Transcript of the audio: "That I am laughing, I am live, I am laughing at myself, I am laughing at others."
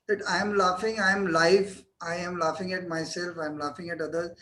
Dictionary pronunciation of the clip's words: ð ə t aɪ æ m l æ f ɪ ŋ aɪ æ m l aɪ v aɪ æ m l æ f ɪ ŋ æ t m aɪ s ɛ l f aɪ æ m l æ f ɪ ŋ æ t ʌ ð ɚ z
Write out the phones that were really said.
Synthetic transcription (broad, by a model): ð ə t aɪ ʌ m l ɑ f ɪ ŋ aɪ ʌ m l aɪ f aɪ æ m l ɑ f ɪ ŋ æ t m aɪ s ɛ l f aɪ m l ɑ f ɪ ŋ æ t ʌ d ɚ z